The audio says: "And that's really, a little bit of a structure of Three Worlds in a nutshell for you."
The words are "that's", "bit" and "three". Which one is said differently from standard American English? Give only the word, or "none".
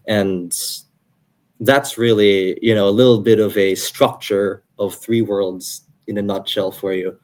none